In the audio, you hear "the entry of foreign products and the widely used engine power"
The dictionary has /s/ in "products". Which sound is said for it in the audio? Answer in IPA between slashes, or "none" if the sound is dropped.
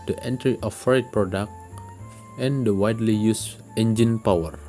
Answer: none